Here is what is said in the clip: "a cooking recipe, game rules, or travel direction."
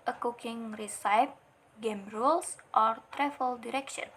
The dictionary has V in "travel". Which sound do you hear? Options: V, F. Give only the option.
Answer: F